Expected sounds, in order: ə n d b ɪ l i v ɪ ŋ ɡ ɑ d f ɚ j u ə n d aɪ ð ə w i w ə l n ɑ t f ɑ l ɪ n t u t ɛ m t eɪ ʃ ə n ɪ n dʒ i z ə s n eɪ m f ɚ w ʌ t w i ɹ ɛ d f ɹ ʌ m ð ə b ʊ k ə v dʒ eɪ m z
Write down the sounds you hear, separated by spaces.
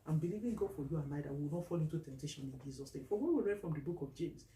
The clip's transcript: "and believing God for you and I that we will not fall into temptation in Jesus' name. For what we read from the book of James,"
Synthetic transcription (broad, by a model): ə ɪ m b ɪ l i v ɪ ŋ ɡ ɑ d f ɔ j u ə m aɪ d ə w i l n ɑ t f ɑ l ɪ n t u t ɛ m t eɪ ʃ ə n ɪ n dʒ i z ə s n eɪ m f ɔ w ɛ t w i ɹ ɛ d f ɹ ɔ m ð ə b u k ə v dʒ eɪ m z